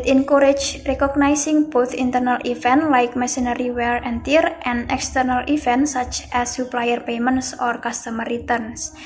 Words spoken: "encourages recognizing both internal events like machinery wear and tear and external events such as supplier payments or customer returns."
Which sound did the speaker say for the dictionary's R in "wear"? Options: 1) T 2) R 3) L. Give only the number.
3